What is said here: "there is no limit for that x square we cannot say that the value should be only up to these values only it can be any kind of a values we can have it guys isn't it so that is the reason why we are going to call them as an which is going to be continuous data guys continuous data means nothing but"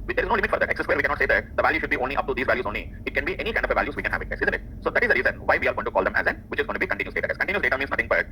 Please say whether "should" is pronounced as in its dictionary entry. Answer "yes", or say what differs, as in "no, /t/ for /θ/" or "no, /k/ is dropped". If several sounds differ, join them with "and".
yes